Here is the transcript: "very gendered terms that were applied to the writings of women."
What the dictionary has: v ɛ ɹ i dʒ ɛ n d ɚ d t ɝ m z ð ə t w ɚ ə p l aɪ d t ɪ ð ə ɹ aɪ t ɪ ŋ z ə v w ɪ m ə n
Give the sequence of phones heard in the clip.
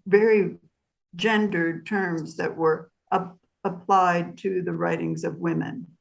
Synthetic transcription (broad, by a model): v ɛ ɹ i dʒ ɛ n d ɚ t ɝ m z ð ə t w ɚ ə p l aɪ d t ɪ ð ə ɹ aɪ t ɪ ŋ z ə v w ɪ m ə n